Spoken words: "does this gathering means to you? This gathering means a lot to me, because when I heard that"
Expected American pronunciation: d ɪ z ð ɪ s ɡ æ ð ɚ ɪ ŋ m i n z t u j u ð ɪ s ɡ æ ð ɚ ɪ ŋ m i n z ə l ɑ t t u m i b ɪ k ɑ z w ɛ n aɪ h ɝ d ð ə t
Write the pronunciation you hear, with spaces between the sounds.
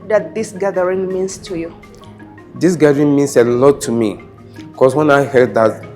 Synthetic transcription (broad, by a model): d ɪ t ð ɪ s ɡ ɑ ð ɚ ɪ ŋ m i n s t u j u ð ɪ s ɡ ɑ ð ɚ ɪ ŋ m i n s ə l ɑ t t u m i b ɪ k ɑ s w ɛ n aɪ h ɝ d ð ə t